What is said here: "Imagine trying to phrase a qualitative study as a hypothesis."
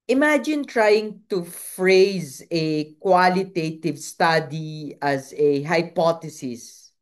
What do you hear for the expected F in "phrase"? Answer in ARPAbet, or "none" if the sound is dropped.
F